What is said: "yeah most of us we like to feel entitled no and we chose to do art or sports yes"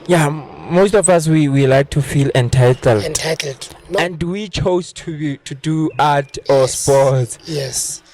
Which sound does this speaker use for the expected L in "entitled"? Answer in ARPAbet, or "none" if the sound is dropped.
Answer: L